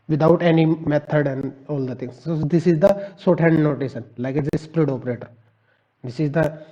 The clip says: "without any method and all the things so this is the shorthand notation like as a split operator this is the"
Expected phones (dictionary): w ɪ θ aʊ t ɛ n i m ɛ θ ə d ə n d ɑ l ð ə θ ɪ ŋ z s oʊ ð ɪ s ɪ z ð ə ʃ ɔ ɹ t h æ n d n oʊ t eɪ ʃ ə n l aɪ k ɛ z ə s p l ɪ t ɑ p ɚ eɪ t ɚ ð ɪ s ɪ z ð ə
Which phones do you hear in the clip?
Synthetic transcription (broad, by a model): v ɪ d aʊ t ɛ n i m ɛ t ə d ə n d ɑ l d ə t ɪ ŋ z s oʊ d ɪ s ɪ z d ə s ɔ t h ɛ n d n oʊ t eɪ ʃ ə n l aɪ k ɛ s ə s p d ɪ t ɑ p ɚ eɪ t ɚ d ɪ s ɪ z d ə